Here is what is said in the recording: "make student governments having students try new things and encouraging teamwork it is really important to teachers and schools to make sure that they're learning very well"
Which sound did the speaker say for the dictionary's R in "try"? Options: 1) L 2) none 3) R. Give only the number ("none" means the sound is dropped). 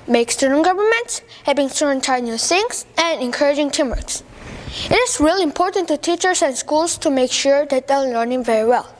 2